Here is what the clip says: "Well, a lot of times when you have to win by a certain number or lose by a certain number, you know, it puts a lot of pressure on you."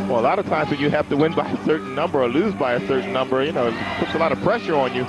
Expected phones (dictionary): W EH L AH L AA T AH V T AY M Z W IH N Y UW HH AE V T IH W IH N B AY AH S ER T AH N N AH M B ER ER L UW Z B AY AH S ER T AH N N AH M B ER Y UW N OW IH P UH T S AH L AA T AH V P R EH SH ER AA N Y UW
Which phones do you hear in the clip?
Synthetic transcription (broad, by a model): W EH L AH L AA T AH V T AY M Z W IH N Y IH HH AE F T IH W IH N B AY AH S ER T N N AH M B ER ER L UW Z B AY AH S ER T N N AH M B ER Y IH N OW IH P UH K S AH L AA T AH V P R EH SH ER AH N Y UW